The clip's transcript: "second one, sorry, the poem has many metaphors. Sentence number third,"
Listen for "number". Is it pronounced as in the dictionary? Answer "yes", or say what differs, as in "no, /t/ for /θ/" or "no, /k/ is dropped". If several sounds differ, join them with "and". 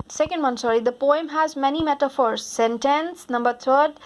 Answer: yes